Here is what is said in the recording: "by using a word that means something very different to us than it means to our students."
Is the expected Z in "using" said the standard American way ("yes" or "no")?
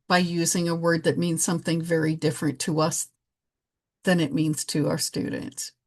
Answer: yes